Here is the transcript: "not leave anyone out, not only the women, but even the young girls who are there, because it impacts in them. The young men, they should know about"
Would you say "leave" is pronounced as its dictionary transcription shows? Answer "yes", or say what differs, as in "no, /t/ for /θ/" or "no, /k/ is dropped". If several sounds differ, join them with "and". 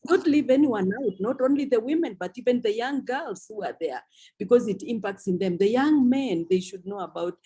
yes